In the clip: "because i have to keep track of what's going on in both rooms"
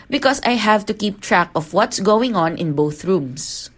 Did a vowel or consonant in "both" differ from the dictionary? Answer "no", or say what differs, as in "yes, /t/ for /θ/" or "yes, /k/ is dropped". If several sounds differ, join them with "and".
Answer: no